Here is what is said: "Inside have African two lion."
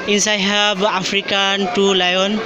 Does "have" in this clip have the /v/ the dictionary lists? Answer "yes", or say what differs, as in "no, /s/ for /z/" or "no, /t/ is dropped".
no, /b/ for /v/